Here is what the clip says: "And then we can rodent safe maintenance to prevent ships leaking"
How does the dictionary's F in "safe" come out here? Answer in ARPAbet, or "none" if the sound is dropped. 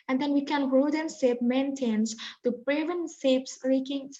P